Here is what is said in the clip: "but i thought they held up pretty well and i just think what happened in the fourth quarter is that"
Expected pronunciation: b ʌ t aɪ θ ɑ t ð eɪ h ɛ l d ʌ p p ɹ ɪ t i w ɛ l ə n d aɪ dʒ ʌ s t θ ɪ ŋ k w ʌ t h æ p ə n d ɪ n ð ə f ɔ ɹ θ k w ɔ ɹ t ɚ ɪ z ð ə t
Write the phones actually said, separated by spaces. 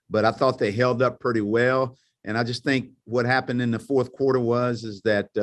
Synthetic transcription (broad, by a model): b ʌ t aɪ θ ɑ t ð eɪ h ɛ l d ʌ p p ɹ ɪ t i w ɛ l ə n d aɪ dʒ ʌ s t θ ɪ ŋ k w ʌ t h æ p ə n d ɪ n ð ə f ɔ ɹ θ k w ɔ ɹ t ɚ ɪ z ð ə t